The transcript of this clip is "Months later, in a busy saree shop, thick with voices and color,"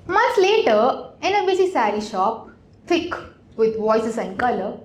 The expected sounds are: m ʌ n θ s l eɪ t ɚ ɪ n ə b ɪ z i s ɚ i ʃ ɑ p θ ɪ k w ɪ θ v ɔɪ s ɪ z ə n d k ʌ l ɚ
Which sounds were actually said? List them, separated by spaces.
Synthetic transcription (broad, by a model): m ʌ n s l eɪ t ɚ ɪ n ə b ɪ s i s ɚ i ʃ ɑ p f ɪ k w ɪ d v ɔɪ s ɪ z ə n d k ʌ l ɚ